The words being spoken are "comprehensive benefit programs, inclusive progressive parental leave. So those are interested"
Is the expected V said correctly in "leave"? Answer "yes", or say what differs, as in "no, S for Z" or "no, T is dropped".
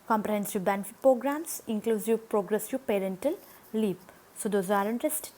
no, P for V